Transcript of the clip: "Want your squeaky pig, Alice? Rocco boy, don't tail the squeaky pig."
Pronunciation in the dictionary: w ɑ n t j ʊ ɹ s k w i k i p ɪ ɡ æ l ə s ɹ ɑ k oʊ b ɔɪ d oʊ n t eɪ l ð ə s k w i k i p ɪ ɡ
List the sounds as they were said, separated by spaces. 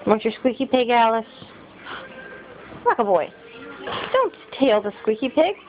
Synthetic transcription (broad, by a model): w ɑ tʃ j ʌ ɹ s k w i k i p ɪ ɡ æ l ə s l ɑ k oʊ b ɔɪ d oʊ n t eɪ l ð ə s k w i k i p ɪ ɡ